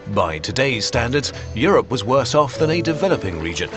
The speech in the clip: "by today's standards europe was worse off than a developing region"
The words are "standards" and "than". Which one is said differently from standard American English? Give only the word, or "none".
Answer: none